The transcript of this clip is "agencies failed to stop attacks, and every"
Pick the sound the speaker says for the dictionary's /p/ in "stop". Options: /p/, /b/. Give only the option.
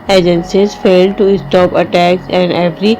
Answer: /p/